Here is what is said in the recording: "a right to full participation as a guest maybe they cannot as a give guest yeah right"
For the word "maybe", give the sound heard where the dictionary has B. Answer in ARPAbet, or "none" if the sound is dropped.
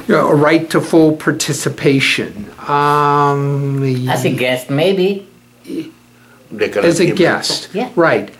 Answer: B